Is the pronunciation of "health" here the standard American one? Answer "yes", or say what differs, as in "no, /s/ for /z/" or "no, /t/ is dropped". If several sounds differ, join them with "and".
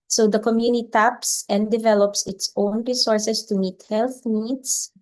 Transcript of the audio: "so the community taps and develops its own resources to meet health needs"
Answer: yes